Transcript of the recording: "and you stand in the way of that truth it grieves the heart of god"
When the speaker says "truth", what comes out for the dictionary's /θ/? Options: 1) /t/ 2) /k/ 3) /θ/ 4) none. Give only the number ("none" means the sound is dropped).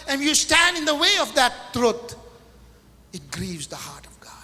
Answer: 1